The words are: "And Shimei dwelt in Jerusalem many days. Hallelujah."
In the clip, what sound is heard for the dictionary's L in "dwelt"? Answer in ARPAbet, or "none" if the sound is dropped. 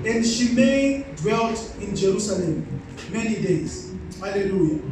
L